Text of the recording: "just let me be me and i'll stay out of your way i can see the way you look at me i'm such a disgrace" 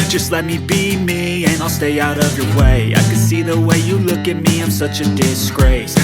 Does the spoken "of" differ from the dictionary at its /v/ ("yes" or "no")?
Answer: no